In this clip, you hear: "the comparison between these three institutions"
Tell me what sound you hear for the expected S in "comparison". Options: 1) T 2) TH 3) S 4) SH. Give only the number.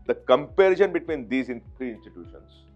4